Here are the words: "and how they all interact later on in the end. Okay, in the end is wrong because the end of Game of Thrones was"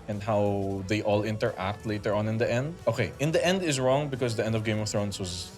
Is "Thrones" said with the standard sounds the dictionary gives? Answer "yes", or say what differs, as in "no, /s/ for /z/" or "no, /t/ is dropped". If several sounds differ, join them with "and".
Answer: no, /s/ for /z/